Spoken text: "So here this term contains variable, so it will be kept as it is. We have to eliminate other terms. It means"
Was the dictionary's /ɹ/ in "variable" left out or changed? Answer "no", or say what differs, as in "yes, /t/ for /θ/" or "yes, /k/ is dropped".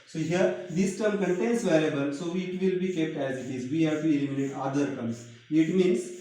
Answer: yes, /l/ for /ɹ/